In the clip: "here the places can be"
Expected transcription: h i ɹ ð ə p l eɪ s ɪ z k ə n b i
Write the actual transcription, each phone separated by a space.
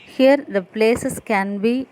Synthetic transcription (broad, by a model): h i ɹ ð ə p l eɪ s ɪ s k ə n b i